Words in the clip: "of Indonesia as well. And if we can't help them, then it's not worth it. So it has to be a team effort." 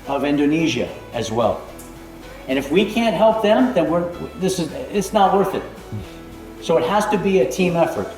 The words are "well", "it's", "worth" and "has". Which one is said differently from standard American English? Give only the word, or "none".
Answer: none